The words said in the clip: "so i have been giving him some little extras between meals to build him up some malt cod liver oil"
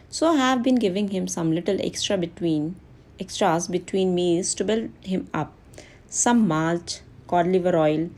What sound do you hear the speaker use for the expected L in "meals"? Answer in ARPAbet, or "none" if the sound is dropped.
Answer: none